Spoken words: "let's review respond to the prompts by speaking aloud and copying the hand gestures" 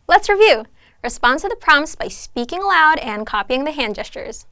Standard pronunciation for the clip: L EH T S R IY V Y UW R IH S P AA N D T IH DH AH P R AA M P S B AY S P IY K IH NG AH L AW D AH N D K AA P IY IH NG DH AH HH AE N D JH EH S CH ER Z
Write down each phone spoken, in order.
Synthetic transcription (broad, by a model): L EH T S R IY V Y UW R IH S P AA N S T IH DH AH P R AA M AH S B AY S P IY K IH NG AH L AW D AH N K AA P IY IH NG DH AH HH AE N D JH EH S CH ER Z